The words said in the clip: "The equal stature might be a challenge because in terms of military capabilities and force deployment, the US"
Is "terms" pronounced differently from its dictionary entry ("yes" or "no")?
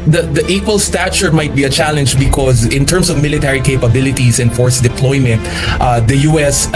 yes